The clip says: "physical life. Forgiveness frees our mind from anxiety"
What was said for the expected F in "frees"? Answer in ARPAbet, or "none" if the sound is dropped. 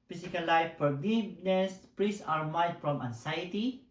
P